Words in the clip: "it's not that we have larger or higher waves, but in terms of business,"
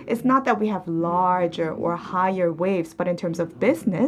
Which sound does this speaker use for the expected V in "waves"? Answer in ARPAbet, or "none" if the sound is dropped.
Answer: V